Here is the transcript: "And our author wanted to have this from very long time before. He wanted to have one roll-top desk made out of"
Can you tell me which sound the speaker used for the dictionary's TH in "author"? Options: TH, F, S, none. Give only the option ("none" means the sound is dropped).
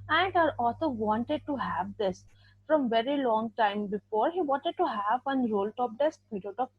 S